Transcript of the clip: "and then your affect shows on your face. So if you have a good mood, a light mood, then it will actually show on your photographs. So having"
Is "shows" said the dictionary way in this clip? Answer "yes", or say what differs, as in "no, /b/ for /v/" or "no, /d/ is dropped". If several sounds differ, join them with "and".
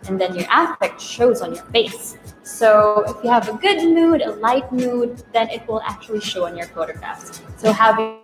yes